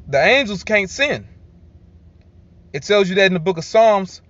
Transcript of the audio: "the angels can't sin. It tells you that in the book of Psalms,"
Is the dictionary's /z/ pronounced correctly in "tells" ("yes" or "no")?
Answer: yes